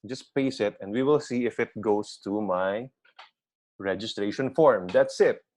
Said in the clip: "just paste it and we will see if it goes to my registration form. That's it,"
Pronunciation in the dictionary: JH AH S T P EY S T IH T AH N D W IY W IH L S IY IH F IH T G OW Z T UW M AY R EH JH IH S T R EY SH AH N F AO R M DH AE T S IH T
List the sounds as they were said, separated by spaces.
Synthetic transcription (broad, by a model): JH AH S P EY S IH T AH N D W IY W IH L S IY IH F IH T G OW S T UW M AY R EH JH IH S T R EY SH AH N F AO R M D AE T S IH T